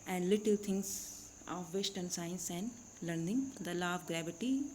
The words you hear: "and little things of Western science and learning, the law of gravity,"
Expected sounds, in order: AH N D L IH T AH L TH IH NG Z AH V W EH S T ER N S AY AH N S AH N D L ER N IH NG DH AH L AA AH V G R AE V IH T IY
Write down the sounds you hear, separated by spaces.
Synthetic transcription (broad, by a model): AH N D L IH T AH L T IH NG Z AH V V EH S T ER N S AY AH N S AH N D L ER N IH NG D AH L AA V G R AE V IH T IY